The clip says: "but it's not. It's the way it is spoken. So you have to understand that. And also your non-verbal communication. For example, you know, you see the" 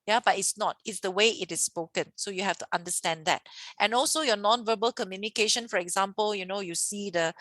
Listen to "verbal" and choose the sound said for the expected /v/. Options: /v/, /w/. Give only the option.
/v/